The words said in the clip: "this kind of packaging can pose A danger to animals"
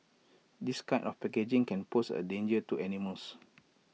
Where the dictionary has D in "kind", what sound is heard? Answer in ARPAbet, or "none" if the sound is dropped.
none